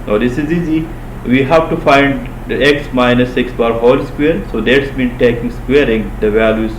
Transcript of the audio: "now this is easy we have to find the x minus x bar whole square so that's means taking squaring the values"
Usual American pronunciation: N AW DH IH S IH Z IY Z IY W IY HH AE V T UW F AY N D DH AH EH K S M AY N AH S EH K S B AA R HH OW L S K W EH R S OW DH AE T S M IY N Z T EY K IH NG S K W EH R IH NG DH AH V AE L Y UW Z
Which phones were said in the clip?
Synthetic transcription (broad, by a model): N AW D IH S IH Z IY Z IY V IY HH AE V T UW F AY N D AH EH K S M AY N AH S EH K S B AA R HH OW L S K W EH R S OW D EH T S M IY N T EY K IH NG S K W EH R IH NG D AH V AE L Y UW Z